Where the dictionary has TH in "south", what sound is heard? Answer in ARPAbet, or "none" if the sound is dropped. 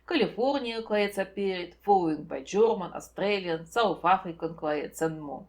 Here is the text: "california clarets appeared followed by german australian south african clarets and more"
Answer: F